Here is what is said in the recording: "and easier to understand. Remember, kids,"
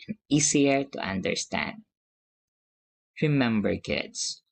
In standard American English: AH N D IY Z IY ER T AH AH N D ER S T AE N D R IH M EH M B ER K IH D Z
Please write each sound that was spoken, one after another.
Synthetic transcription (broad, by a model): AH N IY S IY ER T AH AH N D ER S T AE N D R IH M EH M B ER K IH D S